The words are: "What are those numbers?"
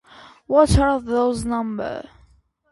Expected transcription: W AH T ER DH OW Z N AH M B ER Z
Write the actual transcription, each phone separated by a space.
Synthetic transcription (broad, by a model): W AH T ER DH OW Z N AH M B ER